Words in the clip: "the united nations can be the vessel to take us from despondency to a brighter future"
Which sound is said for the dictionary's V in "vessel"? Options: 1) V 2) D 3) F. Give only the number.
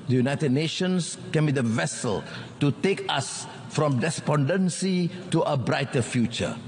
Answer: 1